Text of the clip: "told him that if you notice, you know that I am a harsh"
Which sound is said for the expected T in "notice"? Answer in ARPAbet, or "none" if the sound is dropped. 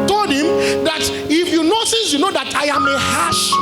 S